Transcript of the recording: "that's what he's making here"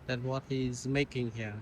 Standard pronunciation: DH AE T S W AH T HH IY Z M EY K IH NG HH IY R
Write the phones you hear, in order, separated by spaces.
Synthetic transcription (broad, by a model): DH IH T W AH T HH IY Z M EY K IH NG HH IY R